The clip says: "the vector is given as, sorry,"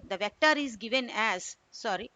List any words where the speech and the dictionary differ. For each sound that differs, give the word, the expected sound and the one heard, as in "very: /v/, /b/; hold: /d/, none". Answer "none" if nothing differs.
none